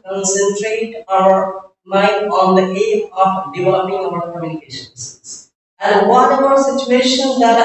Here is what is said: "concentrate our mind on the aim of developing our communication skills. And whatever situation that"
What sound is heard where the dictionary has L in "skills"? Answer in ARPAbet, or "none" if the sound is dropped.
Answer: none